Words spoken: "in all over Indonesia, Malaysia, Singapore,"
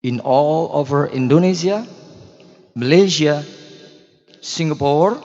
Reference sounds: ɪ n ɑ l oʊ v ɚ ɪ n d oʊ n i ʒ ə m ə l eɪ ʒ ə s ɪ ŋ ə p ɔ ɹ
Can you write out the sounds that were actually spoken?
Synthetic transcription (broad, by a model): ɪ n ɑ l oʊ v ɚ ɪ n d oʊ n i s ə m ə l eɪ s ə s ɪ ŋ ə p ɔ ɹ